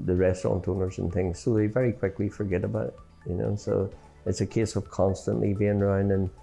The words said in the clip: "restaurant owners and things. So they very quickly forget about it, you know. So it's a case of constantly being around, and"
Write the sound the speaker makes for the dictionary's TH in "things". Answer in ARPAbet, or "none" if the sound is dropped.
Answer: TH